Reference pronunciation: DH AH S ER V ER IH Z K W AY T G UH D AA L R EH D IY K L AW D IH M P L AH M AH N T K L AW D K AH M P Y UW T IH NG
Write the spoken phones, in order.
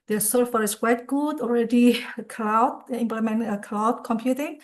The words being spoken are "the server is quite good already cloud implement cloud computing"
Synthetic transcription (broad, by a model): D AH S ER F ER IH S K W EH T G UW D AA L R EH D IY K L AW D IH M P L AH M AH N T K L AW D K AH M P Y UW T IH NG